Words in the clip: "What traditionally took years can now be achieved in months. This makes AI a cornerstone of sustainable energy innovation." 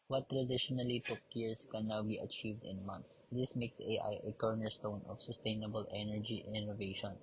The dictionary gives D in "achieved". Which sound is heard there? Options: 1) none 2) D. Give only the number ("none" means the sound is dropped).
2